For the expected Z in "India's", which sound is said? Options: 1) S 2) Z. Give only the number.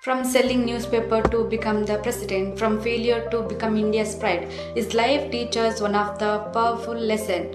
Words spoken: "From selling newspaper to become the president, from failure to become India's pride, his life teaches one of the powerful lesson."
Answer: 1